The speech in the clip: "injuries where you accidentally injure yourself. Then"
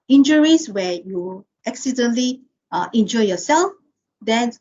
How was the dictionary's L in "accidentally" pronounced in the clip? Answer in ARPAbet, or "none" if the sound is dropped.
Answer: none